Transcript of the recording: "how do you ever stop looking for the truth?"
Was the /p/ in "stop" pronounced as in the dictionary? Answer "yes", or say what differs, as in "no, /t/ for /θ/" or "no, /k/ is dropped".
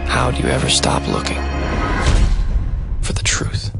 yes